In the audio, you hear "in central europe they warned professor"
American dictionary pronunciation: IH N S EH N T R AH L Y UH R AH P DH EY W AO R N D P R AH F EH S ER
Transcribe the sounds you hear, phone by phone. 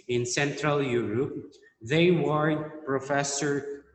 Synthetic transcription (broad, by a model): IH N S EH N T R AH L Y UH R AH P DH EY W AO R D P R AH F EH S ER